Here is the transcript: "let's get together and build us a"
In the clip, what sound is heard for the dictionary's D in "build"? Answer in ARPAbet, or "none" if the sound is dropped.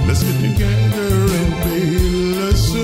none